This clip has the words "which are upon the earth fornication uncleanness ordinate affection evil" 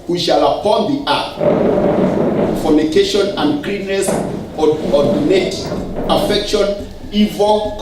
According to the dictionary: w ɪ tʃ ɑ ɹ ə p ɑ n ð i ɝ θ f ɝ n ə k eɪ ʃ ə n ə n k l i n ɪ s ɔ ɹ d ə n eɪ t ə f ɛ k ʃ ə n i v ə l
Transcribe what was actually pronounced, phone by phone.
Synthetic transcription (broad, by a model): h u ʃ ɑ l ə p ɑ n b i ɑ f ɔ n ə k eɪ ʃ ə n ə n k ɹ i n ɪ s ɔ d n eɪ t ə f ɛ k ʃ ə n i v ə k